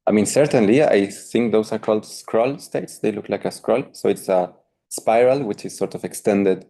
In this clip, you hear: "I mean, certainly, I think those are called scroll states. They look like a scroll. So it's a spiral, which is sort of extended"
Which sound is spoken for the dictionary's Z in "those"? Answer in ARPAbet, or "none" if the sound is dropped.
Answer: S